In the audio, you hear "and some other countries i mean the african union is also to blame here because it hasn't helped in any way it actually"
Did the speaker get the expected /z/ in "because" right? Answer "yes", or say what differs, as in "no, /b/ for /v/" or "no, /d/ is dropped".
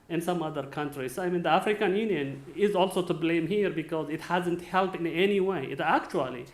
yes